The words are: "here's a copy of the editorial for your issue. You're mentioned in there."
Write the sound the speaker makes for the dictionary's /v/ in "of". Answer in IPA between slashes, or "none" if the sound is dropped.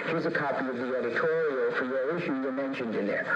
/v/